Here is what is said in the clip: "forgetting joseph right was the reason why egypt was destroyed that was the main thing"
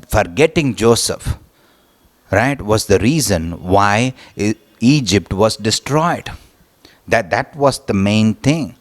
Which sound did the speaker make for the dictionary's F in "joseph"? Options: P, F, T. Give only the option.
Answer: F